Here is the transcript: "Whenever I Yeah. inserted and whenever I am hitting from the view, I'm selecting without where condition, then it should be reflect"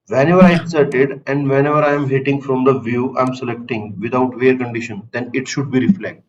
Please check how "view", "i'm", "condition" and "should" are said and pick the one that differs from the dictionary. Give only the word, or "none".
none